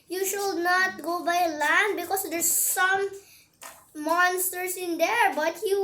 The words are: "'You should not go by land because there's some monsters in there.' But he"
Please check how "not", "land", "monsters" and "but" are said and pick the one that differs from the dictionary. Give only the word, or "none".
monsters